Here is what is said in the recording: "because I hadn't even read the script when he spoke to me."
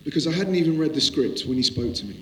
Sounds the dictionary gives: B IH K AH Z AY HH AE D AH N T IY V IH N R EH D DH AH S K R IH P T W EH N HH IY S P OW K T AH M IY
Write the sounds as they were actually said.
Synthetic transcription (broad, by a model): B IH K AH Z AY HH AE D N T IY V IH N R EH D DH AH S K R IH P T W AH N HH IY S P OW K T AH M IY